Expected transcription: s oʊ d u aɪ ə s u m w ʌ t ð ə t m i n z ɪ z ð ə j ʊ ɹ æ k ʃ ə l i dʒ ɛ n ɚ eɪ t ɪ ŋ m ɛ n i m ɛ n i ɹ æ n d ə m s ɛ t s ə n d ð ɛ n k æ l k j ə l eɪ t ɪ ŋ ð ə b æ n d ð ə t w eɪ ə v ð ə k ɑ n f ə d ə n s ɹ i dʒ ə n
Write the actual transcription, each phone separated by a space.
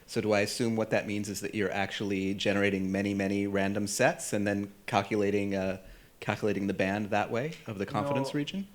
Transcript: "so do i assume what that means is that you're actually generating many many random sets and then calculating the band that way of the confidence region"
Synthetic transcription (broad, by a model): s oʊ d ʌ aɪ ə s u m w ʌ t ð ə t m i n z ɪ z ð ə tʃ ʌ ɹ æ k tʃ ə l i dʒ ɛ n ɚ eɪ t ɪ ŋ m ɛ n i m ɛ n i ɹ æ n d ə m s ɛ t s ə n ð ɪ n k æ l k j ə l eɪ t ɪ ŋ ð ə b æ n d ð ə t w eɪ ə v ð ə k ɑ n f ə d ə n s ɹ i dʒ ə n